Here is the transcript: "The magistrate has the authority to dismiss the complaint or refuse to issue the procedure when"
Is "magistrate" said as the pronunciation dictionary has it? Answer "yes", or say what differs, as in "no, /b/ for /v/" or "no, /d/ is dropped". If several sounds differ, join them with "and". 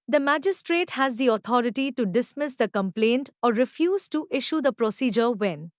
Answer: yes